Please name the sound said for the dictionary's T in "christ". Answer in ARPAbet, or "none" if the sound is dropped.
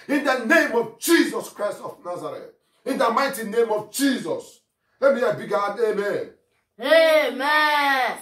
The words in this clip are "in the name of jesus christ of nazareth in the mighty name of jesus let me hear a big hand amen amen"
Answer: T